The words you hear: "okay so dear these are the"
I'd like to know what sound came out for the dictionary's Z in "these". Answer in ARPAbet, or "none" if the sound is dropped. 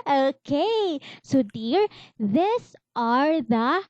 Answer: S